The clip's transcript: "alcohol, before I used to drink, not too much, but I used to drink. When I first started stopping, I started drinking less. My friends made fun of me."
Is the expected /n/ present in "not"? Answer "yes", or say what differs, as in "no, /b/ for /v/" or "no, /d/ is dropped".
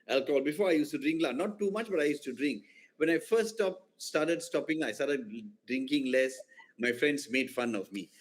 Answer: no, /l/ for /n/